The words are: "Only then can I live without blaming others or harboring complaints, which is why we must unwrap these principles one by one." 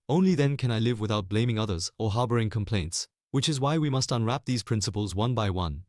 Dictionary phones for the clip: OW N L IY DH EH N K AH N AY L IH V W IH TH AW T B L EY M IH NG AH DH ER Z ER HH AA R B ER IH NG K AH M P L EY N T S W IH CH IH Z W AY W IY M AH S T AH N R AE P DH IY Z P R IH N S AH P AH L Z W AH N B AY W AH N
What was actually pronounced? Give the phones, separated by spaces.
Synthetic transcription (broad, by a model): OW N L IY DH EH N K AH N AY L IH V W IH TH AW T B L EY M IH NG AH DH ER Z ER HH AA R B ER IH NG K AH M P L EY N T S W IH CH IH Z W AY W IY M AH S T AH N R AE P DH IY Z P R IH N S AH P AH L Z W AH N B AY W AH N